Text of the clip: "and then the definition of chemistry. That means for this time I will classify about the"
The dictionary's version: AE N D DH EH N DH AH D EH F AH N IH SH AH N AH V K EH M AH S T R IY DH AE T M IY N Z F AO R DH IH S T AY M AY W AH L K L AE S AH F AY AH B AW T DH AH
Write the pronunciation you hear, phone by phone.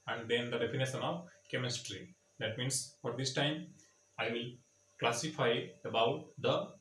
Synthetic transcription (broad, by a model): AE N D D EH N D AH D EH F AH N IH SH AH N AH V K EH M AH S T R IY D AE T M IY N S F AO R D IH S T AY M AY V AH L K L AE S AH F AY AH B AW T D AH